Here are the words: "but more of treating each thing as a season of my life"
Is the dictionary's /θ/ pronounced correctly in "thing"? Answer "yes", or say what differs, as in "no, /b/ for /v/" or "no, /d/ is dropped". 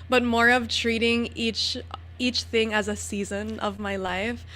yes